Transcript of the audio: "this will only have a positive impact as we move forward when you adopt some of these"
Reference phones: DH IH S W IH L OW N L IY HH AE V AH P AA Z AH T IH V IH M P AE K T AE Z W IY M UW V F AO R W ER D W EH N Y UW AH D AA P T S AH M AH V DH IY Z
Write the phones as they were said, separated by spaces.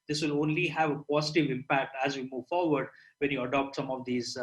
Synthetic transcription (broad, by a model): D IH S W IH L OW N L IY HH AE V AH P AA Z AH T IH V IH M P AE K T AE Z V IY M UW V F AO R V ER D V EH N Y UW AH D AA P T S AH M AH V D IY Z